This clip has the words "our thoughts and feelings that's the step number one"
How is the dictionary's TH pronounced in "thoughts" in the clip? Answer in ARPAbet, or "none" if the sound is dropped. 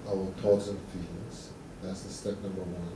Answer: T